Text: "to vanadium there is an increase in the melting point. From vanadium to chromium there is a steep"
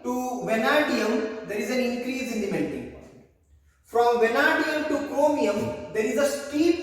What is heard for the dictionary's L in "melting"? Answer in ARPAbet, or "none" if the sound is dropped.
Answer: N